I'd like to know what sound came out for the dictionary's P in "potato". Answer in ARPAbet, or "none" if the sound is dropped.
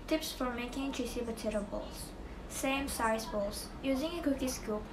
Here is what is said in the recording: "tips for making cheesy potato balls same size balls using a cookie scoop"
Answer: B